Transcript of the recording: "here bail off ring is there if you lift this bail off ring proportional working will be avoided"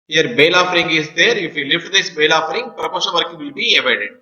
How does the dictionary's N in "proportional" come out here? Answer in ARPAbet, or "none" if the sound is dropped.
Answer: none